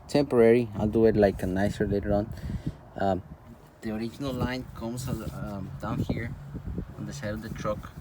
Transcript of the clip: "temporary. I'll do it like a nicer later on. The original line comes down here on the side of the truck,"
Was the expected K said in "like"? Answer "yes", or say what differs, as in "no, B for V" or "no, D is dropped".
yes